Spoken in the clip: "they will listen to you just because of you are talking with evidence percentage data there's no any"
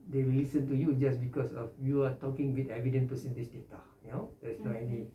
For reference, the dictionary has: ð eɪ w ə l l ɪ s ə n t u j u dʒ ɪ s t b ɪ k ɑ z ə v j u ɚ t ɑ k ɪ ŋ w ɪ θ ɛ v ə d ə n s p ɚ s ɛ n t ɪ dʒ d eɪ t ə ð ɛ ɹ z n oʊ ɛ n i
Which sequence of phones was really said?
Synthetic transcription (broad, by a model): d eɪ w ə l l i s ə n t u j u dʒ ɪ s b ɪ k ɑ s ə f j u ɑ t ɑ k ɪ ŋ w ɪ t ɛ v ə d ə n p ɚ s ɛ n t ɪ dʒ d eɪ t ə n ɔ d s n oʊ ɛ n i